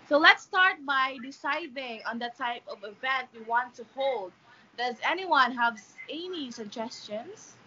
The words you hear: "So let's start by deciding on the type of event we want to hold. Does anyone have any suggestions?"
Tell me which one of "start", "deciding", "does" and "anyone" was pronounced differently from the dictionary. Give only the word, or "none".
none